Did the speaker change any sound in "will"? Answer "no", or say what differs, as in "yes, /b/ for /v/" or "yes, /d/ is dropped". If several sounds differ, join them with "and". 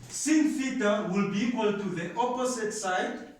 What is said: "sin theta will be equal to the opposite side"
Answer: no